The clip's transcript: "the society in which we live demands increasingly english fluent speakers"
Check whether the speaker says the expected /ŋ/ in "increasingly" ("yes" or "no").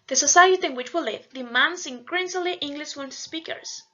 no